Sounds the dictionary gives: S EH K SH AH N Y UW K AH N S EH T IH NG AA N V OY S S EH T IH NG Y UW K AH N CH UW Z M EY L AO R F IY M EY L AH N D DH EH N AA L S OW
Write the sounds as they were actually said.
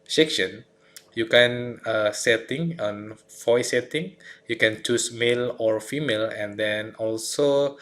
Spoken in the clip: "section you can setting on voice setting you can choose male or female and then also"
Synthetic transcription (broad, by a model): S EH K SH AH N Y UW K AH N S EH T IH NG AA N F OY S S EH T IH NG Y UW K AH N CH UW S M EY L AO R F IY M EY L AH N D EH N AA L S OW